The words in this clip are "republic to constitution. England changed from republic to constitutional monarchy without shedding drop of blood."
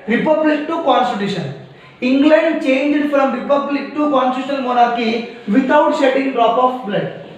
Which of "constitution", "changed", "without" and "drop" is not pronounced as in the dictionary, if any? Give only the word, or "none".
without